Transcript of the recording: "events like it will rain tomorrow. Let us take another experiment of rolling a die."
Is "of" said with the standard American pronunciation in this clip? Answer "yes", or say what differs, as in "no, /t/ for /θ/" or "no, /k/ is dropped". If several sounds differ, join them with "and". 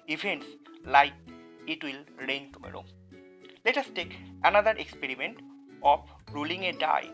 no, /p/ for /v/